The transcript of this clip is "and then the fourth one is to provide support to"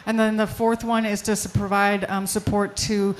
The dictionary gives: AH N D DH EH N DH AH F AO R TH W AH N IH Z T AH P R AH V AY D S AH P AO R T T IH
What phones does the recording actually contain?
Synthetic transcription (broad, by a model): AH N DH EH N DH AH F AO R TH W AH N IH Z T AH P R AH V AY D S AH P AO R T T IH